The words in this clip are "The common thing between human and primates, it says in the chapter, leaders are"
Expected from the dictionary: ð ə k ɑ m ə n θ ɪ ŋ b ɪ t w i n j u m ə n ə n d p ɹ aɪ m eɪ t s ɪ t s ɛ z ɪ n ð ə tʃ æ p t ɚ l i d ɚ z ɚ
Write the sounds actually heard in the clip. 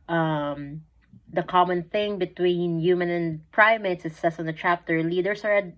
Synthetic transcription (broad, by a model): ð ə k ɑ m ə n θ ɪ ŋ b ɪ t w i n j u m ə n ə n p ɹ aɪ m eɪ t s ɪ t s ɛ s ɪ n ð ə tʃ æ p t ɚ l i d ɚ s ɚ